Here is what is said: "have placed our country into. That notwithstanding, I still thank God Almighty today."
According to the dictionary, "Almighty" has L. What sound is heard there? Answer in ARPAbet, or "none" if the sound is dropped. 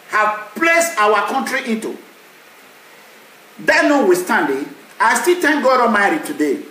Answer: none